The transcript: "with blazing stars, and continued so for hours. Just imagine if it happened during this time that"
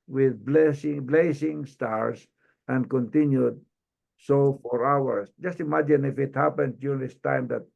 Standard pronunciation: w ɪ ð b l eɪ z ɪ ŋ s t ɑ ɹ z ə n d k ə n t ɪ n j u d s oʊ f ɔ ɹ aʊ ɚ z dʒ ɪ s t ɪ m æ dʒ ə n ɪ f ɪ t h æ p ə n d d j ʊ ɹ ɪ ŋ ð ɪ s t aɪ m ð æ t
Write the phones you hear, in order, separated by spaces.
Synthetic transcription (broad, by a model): w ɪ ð b l eɪ s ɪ ŋ s t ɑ ɹ s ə n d k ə n t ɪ n j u d s oʊ f ɔ ɹ aʊ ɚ s dʒ ɪ s t ɪ m æ dʒ ə n ɪ f ɪ t h æ p ə n d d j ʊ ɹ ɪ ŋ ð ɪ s t aɪ m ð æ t